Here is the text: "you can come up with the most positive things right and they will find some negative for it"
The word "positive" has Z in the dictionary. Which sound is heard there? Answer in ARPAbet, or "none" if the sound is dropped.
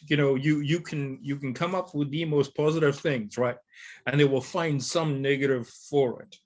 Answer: Z